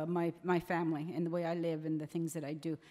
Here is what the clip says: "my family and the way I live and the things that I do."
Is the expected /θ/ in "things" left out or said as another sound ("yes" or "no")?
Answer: no